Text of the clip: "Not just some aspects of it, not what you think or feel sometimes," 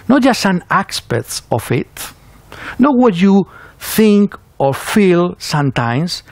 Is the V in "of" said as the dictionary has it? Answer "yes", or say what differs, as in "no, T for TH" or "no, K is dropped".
no, F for V